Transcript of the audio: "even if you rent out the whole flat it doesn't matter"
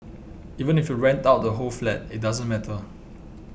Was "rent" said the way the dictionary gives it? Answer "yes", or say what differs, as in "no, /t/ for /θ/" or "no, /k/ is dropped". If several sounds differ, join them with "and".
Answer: yes